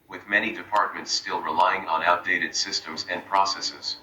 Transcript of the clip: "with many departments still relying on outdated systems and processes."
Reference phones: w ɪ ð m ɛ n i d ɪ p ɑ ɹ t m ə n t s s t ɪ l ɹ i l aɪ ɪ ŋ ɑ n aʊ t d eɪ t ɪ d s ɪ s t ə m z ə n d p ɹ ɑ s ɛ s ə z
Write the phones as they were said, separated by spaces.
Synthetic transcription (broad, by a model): w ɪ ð m ɛ n i d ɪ p ɑ ɹ t m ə n t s s t ɪ l ɹ i l aɪ ɪ ŋ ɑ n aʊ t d eɪ t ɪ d s ɪ s t ə m z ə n p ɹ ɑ s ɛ s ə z